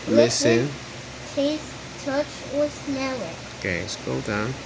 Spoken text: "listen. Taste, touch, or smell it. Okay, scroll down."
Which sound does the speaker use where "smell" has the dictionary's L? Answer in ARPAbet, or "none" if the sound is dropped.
W